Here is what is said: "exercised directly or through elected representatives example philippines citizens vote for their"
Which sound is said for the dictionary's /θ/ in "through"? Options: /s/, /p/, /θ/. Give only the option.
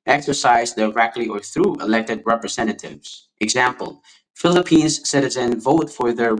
/θ/